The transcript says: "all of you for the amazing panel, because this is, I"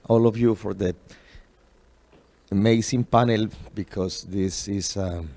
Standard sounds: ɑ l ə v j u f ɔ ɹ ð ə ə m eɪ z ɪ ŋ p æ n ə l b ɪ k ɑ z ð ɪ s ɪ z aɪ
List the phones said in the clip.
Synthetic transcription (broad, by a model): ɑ l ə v j u f ɔ ɹ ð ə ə m eɪ s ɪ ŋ p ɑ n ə l b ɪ k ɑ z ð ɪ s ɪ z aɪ